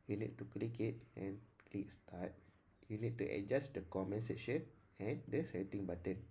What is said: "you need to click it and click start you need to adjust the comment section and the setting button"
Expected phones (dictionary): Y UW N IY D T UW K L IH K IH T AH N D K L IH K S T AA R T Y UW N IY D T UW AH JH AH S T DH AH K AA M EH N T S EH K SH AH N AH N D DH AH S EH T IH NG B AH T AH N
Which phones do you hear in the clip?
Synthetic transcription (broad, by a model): Y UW N IY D T UW K L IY K IH T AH N K L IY K S T AA T Y UW N IY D T UW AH JH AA S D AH K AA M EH N S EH SH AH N AH N D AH S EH T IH NG B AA T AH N